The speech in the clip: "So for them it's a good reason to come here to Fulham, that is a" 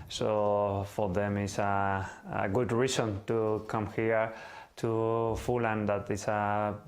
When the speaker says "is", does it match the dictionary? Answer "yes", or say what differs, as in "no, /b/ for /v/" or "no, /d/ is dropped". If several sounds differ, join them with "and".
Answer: no, /s/ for /z/